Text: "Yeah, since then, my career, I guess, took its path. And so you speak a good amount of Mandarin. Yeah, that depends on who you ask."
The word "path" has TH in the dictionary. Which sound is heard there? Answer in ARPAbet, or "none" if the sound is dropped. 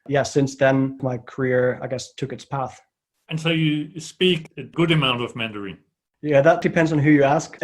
TH